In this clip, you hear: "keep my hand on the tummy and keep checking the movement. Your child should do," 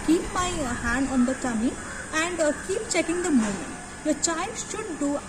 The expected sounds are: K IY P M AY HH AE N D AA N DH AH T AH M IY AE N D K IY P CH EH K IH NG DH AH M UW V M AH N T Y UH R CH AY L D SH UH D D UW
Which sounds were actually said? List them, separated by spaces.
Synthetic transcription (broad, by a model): K IY P M AY HH AE N D AA N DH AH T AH M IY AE N D K IY P CH EH K IH NG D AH M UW M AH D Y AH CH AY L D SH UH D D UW